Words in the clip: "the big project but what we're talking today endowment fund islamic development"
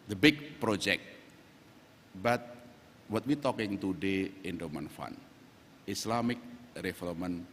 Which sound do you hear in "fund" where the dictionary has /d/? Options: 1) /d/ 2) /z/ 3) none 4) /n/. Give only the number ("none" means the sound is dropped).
3